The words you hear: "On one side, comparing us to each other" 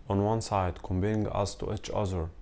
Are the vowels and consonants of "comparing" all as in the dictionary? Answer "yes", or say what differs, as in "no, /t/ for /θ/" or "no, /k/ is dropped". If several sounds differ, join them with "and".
no, /b/ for /p/ and /ɹ/ is dropped